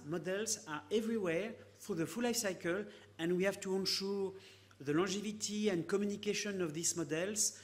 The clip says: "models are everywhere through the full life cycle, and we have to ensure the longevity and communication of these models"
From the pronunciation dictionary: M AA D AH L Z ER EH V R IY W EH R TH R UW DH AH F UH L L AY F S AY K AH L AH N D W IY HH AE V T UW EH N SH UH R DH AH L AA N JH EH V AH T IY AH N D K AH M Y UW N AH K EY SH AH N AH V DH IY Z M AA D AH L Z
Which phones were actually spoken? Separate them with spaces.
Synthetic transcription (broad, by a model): M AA D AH L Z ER EH V R IY W EH R F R DH AH F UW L L AY F S AY K AH L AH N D W IY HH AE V T UW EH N SH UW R DH AH L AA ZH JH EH V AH T IY AH N D K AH M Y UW N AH K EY SH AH N AH V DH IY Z M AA D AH L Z